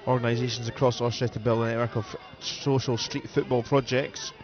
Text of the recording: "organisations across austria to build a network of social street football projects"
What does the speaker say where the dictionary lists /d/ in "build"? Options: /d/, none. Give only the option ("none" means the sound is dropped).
none